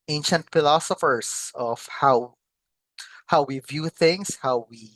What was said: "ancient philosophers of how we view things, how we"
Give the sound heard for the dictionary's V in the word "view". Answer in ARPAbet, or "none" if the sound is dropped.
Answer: V